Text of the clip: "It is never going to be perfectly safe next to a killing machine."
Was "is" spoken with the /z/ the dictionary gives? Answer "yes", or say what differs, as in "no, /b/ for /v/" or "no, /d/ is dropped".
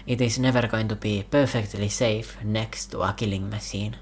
no, /s/ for /z/